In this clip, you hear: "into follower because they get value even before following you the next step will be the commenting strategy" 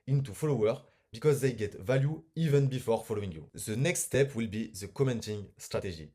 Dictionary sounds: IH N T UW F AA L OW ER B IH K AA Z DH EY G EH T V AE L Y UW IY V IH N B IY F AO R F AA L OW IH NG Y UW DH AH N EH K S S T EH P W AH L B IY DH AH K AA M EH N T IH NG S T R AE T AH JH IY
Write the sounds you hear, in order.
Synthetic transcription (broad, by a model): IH N T UW F AA L OW ER B IH K AA Z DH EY G EH T V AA L Y UW IY V IH N B IY F AO R F AA L OW IH NG Y UW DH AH N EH K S S T EH P W AH L B IY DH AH K AA M EH N T IH NG S T R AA T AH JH IY